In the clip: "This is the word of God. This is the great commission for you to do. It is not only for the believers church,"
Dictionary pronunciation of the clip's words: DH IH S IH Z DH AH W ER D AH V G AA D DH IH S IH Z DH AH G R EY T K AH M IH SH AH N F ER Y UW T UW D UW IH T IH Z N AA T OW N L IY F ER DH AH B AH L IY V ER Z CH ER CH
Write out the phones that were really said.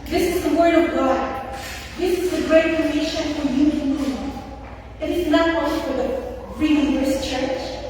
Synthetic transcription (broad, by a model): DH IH S IH Z DH AH W ER D AH V G AA D DH IH S IH Z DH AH G R EY T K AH EH SH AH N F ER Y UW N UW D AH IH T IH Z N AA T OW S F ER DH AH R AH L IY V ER S CH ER CH